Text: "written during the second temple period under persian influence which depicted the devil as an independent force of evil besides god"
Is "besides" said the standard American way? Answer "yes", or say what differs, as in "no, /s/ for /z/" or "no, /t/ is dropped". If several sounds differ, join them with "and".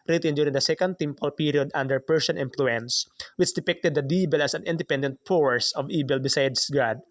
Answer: no, /s/ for /z/